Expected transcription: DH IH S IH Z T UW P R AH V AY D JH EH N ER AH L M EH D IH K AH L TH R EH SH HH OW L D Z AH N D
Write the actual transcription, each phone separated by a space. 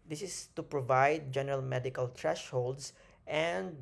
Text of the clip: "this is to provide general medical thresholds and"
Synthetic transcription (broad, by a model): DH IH S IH S T UW P R AH V AY D JH EH N ER AH L M EH D IH K AH L T R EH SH HH OW L D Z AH N D